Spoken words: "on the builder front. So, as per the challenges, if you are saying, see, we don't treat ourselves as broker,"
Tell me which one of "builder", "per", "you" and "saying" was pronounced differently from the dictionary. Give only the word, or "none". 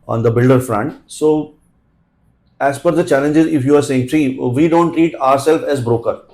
per